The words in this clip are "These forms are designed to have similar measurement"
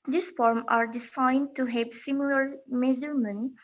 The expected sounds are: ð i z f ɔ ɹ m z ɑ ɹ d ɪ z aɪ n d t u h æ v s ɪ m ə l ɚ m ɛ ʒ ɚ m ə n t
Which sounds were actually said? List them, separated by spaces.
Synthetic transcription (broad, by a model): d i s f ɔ ɹ m ɑ ɹ d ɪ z aɪ n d t u h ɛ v s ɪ m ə l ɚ m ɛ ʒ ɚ m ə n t